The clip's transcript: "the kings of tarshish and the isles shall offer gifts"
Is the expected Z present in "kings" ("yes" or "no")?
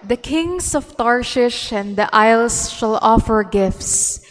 no